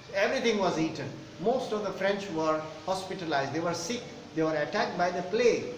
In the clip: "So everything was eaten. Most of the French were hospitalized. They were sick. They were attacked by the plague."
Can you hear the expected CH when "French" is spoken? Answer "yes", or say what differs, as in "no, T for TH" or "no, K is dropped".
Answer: yes